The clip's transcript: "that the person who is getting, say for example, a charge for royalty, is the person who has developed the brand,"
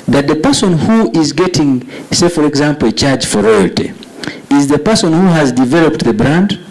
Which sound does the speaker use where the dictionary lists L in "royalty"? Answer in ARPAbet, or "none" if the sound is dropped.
L